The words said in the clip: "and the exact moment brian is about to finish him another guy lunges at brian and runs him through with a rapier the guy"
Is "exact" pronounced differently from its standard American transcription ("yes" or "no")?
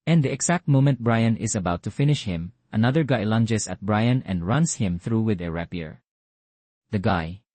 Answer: yes